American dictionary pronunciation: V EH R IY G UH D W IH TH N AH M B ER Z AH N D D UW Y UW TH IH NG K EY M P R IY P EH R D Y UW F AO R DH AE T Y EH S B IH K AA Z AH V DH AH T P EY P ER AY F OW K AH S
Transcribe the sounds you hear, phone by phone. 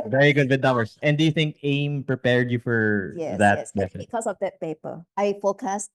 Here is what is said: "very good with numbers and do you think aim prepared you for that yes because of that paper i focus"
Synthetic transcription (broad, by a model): V EH R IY G UH D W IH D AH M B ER S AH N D D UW Y UW TH IH NG K EY M P R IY P EH R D Y UW F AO R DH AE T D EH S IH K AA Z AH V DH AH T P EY P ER AY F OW K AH S